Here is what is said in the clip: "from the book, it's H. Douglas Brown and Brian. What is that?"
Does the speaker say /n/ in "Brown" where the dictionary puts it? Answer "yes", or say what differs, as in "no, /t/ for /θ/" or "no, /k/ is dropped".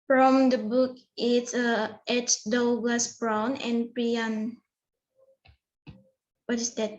yes